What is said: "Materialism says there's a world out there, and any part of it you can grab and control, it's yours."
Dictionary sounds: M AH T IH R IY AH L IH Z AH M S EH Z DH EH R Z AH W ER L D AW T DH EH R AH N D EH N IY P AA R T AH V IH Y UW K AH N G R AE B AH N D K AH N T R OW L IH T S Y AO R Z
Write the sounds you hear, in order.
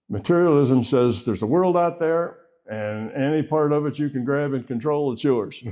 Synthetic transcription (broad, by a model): M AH T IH R IY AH L IH Z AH M S EH Z DH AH R Z AH W ER L D AW T DH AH R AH N EH N IY P AA R T AH V IH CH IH K AH N G R AE B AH N K AH N T R OW L IH T S Y AO R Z